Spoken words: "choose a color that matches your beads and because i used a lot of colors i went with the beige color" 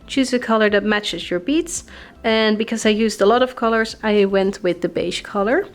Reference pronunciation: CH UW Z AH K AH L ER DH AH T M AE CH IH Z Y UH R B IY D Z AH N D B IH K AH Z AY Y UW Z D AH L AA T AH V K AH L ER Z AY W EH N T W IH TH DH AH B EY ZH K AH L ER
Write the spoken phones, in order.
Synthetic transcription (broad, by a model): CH UW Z AH K AH L ER DH AH T M AE CH IH Z Y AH R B IY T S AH N B IH K AH Z AY Y UW Z D AH L AA T AH V K AH L ER Z AY W EH N T W IH DH AH B EY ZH K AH L ER